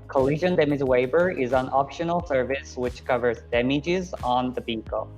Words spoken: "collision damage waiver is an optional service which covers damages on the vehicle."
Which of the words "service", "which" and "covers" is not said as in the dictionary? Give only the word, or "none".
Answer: none